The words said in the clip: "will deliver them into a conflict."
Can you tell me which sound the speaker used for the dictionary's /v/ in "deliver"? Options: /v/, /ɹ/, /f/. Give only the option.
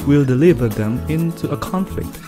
/v/